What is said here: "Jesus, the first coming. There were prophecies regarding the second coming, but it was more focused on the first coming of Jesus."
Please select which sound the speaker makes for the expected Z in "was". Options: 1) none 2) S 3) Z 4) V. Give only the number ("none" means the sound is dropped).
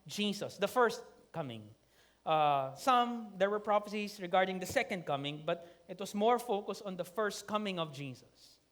2